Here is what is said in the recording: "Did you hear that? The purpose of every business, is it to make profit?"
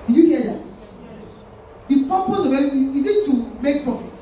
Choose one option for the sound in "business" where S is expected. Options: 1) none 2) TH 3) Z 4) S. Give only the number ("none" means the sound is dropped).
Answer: 1